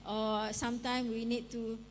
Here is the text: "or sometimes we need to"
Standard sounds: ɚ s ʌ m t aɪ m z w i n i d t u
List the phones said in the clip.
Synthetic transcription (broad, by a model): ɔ s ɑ m t aɪ m w i n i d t u